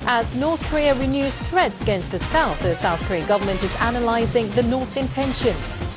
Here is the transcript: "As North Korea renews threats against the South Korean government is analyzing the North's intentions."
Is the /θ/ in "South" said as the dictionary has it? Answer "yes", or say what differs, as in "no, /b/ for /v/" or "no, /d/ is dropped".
yes